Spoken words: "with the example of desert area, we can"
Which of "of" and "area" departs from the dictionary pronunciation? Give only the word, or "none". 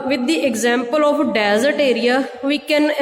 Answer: of